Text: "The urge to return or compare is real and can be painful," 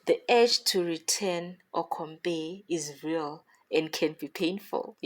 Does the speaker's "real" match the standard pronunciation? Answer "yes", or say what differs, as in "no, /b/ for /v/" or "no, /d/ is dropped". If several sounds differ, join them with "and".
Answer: yes